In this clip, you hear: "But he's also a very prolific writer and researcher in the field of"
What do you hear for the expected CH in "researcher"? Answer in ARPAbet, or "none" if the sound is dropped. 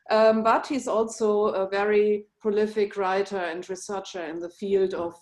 CH